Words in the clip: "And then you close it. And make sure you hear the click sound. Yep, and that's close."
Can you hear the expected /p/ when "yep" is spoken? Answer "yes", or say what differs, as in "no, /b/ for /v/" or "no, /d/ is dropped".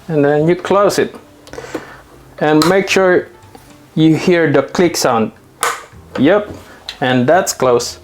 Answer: yes